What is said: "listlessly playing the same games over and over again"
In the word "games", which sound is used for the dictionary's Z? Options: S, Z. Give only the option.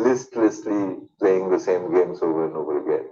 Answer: S